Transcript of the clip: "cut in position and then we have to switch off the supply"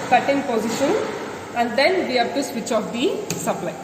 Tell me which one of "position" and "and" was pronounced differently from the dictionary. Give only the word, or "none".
none